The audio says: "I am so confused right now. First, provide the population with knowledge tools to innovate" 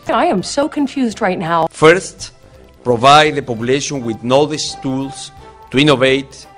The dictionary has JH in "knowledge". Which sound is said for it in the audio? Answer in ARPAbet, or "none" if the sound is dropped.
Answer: SH